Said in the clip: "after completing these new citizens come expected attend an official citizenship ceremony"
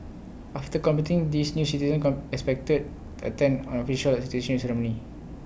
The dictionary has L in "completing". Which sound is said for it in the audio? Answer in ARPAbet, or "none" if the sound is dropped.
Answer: none